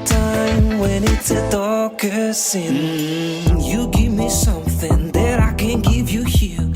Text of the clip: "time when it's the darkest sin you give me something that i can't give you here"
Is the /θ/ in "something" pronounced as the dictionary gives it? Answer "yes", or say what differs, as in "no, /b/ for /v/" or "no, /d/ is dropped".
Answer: yes